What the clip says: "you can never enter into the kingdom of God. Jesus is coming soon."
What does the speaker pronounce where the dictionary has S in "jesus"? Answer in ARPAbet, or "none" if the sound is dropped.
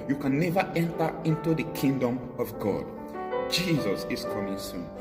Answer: S